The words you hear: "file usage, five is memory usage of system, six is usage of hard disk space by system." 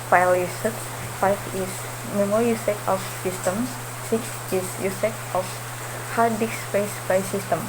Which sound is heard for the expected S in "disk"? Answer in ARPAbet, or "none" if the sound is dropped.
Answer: none